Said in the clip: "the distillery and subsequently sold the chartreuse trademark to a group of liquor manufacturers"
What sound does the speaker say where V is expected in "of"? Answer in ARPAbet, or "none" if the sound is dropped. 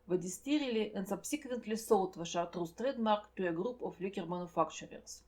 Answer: F